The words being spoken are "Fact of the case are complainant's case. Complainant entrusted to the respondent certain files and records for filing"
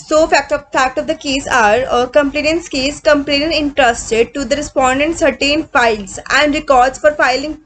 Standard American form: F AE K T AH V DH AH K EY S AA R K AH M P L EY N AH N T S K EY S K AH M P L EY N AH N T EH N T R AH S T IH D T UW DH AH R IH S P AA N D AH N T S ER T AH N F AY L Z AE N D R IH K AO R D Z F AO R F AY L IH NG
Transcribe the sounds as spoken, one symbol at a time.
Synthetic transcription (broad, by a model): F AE K T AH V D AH K EY S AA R K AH M P L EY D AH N S K EY S K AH M P L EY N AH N EH N T R AH S T IH D T UW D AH R IH S P AA N D AH N T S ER T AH N F AY L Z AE N D R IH K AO R D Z F AO R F AY L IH NG